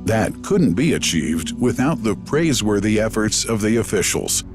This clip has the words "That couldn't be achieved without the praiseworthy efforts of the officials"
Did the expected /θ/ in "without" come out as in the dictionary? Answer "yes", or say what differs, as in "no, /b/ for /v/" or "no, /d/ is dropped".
yes